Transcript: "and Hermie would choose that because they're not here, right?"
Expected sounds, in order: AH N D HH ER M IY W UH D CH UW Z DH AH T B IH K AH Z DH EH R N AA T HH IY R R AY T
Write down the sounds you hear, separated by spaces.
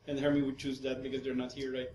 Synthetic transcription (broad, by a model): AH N HH ER M IY W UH D CH UW Z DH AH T B IH K AH Z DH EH R N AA T HH IY R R AY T